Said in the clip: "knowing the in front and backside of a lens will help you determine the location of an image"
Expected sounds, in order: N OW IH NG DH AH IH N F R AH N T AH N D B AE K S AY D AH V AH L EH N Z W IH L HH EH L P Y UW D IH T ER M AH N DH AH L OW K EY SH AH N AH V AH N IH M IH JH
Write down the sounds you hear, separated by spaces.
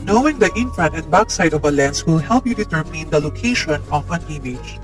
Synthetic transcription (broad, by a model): N OW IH NG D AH IH N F AH N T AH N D B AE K S AY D AH V AH L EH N S W IH L HH EH L P Y UW D IH T ER M AH N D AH L OW K EY SH AH N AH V AH N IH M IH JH